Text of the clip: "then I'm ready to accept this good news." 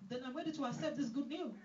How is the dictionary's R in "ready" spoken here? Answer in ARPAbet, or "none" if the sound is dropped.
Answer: W